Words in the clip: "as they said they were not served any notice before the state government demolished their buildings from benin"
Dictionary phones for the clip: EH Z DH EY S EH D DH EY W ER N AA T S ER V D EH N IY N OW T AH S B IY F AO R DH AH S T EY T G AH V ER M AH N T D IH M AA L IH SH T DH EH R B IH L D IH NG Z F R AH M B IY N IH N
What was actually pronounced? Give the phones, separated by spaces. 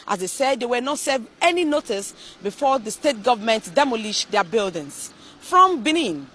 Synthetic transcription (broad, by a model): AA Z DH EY S EH D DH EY W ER N AA T S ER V EH N IY N OW T AH S B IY F AO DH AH S T EY T G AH V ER M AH N T D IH M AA L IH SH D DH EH B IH L D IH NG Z F R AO M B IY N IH N